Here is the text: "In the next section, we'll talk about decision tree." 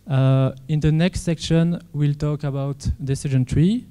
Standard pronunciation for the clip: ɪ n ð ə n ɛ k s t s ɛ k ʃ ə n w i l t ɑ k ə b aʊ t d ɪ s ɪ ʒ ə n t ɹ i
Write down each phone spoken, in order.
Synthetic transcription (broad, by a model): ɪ n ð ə n ɛ k s t s ɛ k ʃ ə n w i l t ɑ k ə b aʊ t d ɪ s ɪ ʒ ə n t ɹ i